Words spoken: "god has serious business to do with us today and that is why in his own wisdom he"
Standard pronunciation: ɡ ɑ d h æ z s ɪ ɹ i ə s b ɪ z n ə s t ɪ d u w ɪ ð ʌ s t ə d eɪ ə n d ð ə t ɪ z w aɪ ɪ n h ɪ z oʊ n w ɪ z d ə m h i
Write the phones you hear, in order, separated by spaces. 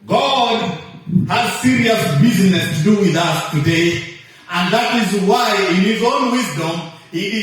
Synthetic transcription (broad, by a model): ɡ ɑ d h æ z s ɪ ɹ i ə s b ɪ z n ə s t ɪ d u w ɪ ð ʌ s t ə d eɪ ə n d ð ə t ɪ z w aɪ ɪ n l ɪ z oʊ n w ɪ z d ə m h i